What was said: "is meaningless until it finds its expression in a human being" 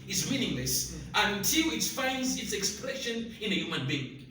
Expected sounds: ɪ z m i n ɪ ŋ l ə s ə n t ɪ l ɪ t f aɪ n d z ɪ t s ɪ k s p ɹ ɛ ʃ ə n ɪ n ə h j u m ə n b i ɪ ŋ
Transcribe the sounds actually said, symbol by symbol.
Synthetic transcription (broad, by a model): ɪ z m i n ɪ ŋ l ə s ə n t ɪ l ɪ t f aɪ n d z ɪ t s ɪ k s p ɹ ɛ ʃ ə n ɪ n ə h j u m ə n b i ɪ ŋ